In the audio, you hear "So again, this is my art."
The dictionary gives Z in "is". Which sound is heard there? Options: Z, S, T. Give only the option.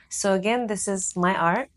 Z